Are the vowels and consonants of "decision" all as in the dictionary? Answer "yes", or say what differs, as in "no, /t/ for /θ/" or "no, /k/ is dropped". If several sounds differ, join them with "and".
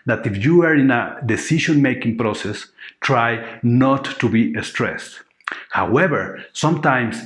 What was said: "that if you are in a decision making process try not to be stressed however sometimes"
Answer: no, /ʃ/ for /ʒ/